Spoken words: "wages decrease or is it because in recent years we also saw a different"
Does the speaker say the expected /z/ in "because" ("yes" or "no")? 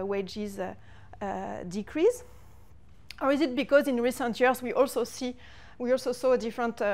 yes